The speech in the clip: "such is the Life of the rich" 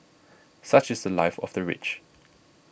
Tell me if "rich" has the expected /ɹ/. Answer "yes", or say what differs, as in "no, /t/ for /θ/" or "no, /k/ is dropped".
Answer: yes